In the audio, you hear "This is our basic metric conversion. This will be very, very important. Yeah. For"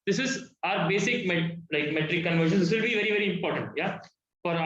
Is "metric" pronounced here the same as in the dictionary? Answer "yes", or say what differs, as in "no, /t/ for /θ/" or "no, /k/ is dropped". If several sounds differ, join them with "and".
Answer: no, /l/ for /ɹ/